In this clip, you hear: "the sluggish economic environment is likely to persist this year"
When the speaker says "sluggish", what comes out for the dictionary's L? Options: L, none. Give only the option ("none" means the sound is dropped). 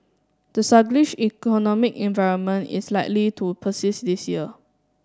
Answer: none